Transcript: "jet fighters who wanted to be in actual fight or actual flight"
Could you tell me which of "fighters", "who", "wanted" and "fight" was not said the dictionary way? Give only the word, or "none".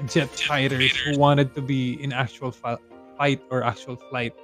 fighters